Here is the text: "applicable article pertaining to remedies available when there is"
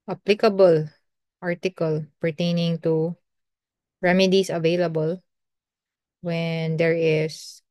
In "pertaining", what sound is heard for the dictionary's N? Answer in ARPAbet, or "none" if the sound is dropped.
N